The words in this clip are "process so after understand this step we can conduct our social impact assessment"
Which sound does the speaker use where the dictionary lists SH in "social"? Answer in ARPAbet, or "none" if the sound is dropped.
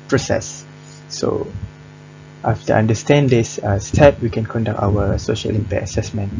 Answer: SH